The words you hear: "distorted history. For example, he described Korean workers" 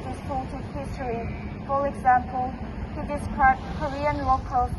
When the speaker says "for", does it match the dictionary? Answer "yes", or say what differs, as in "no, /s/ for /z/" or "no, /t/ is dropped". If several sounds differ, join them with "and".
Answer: no, /l/ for /ɹ/